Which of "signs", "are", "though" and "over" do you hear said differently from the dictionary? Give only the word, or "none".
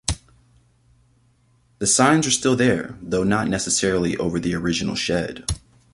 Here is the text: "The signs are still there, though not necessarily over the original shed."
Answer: none